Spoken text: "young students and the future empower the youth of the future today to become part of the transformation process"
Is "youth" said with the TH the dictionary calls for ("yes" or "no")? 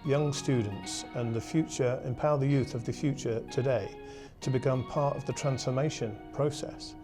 yes